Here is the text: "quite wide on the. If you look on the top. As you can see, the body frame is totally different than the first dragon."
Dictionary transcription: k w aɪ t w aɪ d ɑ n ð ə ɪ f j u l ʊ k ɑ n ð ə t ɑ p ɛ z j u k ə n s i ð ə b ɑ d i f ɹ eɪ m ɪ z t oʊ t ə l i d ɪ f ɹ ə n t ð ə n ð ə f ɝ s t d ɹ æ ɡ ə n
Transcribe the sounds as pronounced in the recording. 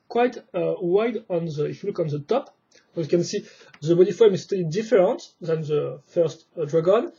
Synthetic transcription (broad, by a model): k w aɪ t w aɪ d ɑ n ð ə ɪ f j u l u k ɑ n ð ə t ɑ p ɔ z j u k ə n s i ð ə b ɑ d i f ɔ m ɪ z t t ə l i d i f ɹ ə n t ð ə n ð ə f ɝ s t d ɹ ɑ ɡ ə n